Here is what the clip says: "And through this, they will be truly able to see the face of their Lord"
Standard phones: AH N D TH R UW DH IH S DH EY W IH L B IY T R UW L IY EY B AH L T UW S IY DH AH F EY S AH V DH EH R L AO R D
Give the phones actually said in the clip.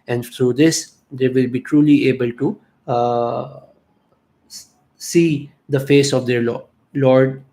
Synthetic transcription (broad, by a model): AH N D T R UW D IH S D EY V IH L B IY T R UW L IY EY B AH L T UW S IY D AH F EY S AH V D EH R L AO R D